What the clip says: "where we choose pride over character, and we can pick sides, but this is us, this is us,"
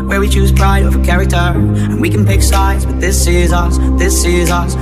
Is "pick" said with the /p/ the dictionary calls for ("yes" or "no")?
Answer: yes